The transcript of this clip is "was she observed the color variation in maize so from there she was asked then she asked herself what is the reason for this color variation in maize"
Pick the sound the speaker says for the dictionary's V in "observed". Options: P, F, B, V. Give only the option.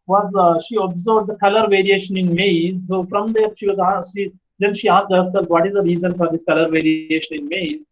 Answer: B